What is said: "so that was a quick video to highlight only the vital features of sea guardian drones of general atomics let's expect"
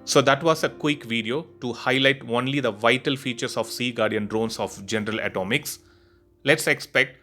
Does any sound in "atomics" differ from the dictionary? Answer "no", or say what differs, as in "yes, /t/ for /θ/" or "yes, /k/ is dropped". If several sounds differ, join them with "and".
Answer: no